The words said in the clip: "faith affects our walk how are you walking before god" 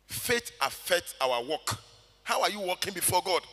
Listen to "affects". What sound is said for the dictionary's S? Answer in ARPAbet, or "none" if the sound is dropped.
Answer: none